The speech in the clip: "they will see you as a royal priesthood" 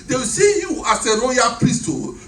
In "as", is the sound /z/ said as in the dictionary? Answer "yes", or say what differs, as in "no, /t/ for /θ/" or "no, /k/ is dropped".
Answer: no, /s/ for /z/